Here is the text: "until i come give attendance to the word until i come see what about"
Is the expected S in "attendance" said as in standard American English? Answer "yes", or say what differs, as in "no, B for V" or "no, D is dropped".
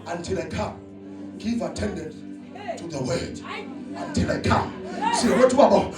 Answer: no, S is dropped